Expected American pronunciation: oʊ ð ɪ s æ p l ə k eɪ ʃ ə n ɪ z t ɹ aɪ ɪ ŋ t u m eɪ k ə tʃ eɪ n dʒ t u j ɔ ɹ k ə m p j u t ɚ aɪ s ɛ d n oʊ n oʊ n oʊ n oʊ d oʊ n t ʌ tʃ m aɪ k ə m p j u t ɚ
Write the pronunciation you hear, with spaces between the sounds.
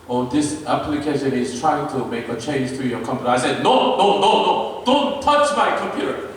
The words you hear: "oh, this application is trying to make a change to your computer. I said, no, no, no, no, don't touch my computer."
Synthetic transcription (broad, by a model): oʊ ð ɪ s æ p l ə k eɪ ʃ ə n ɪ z t ɹ aɪ ɪ ŋ t u m eɪ k ə tʃ eɪ n dʒ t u j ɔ k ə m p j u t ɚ aɪ s ɛ d n oʊ n oʊ n oʊ n oʊ d oʊ n t ʌ tʃ m aɪ k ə m p j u t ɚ